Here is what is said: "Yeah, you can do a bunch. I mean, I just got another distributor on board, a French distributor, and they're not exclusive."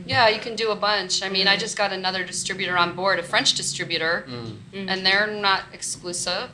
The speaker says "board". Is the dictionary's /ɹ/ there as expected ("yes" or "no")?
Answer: yes